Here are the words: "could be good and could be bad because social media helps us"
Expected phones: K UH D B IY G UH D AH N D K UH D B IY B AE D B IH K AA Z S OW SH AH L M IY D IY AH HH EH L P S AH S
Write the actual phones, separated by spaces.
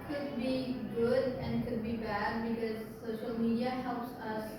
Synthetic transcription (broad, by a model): K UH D B IY G UH D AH N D K UH D B IY B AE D B IH K AA Z S OW SH AH L M IY D IY AH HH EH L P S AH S